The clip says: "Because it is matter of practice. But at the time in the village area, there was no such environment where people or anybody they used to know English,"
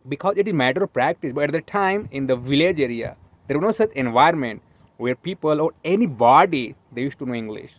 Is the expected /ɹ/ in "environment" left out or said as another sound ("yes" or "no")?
yes